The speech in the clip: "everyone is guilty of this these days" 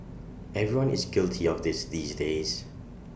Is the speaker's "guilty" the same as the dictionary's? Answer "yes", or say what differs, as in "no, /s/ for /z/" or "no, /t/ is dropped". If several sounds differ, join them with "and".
yes